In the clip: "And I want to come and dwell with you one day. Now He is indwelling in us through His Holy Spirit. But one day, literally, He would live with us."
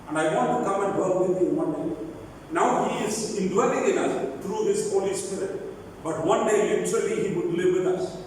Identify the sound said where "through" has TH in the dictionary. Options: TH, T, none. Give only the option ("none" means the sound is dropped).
T